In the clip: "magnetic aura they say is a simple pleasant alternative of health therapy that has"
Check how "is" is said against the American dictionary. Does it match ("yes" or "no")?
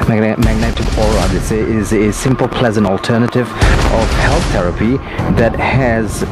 yes